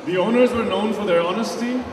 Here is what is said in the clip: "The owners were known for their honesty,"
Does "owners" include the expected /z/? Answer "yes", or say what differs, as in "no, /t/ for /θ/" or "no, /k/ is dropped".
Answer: yes